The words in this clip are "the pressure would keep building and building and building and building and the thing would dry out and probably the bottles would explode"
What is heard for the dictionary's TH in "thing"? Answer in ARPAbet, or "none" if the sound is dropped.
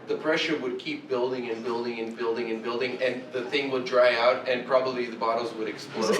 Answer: TH